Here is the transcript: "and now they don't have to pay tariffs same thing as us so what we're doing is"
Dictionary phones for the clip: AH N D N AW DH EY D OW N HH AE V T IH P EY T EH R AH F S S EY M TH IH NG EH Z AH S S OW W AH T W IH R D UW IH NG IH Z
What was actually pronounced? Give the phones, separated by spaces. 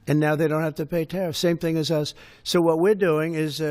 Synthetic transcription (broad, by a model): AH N N AW DH EY D OW N HH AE F T IH P EY T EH R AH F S S EY M TH IH NG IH Z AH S S OW W AH T W IH R D UW IH NG IH Z